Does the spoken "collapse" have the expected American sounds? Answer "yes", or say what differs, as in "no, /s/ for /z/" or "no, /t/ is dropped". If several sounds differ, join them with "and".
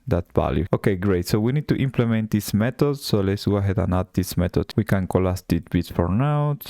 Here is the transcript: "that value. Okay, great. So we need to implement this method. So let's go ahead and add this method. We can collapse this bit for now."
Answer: no, /p/ is dropped